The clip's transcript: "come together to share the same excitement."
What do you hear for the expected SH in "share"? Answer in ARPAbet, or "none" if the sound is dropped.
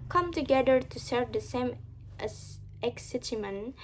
S